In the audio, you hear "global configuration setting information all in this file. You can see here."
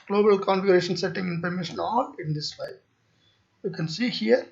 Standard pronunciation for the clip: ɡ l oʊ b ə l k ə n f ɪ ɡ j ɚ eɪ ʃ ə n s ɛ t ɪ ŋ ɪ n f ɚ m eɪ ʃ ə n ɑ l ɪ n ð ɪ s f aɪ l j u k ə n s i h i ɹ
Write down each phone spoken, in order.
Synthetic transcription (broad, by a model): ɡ l oʊ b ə l k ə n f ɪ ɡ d eɪ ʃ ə n s ɛ t ɪ ŋ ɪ n p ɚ m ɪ ʃ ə n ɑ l ɪ n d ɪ s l aɪ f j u k ə n s i h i ɹ